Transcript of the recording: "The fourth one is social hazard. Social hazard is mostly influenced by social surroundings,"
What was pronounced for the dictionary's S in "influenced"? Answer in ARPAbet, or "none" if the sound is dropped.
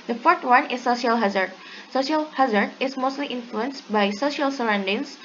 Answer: S